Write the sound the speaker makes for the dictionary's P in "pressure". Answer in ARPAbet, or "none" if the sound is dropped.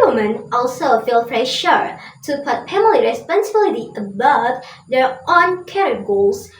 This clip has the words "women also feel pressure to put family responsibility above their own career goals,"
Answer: F